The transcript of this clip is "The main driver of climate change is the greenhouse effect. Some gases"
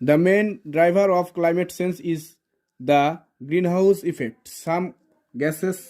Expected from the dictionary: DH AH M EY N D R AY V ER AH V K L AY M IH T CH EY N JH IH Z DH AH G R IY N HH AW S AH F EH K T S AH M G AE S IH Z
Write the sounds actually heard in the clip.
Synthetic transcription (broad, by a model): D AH M EY N D R AY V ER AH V K L AY M IH T S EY N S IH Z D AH G R IY N HH AW S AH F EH K T S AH M G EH S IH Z